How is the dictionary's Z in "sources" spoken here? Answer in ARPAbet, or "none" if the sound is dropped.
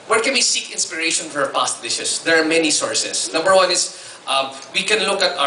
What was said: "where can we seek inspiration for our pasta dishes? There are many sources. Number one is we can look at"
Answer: S